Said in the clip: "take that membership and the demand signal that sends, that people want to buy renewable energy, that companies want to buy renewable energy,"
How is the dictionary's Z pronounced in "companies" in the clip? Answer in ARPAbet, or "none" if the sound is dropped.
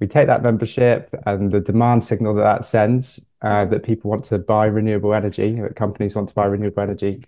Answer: Z